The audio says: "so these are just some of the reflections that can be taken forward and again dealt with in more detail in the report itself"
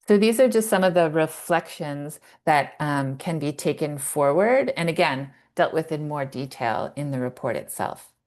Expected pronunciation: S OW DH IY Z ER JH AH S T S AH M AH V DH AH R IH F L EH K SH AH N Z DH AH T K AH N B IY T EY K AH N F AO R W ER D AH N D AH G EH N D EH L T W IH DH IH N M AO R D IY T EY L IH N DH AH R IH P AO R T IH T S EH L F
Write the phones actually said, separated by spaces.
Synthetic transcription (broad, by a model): S OW DH IY Z ER JH AH S T S AH M AH V DH AH R IH F L EH K SH AH N Z DH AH T K AH N B IY T EY K AH N F AO R W ER D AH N AH G EH N D EH L T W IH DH IH N M AO R D IY T EY L IH N DH AH R IH P AO R T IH T S EH L F